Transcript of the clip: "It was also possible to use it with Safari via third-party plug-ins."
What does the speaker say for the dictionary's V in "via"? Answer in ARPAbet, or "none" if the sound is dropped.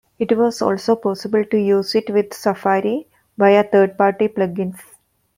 B